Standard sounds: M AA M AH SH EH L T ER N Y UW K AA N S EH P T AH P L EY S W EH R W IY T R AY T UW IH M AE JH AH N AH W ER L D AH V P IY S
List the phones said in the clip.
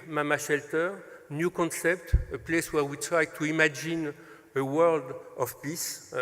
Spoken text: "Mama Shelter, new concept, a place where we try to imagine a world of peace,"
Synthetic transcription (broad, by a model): M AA M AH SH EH L T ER N Y UW K AA N S EH P T AH P L EY S W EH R W IY T R AY T UW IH M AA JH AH N AH W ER L D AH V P IY S